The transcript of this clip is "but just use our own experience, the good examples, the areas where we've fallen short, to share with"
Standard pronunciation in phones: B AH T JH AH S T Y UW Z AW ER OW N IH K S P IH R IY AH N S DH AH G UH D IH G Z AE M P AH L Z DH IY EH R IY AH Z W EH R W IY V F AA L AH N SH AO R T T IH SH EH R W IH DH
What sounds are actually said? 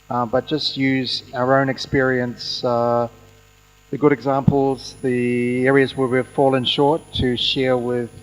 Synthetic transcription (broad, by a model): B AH T JH AH S T Y UW Z AW ER OW N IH K S P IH R IY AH N S DH AH G UH D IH G Z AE M P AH L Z DH IY EH R IY AH Z W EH R W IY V F AA L AH N SH AO R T T IH SH EH R W IH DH